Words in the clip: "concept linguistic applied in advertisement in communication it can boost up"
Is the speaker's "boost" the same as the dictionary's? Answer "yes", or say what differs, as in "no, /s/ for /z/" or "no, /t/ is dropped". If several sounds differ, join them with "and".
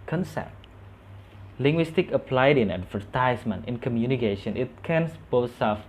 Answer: no, /t/ is dropped